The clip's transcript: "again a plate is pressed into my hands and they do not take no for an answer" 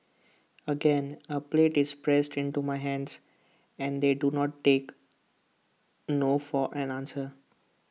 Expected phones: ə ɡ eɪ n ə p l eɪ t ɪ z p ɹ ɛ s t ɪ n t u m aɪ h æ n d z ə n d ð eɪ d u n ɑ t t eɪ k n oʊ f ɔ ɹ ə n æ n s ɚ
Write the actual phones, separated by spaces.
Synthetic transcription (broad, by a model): ə ɡ eɪ n ə p l eɪ t ɪ z p ɹ ɛ s t ɪ n t u m aɪ h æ n d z ə n d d eɪ d u n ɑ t t eɪ k n oʊ f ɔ ɹ ə n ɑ n s ɚ